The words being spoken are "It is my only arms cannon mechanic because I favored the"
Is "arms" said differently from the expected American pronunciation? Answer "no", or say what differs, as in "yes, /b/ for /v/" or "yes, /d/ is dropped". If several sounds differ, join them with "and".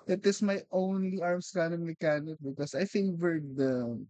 yes, /s/ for /z/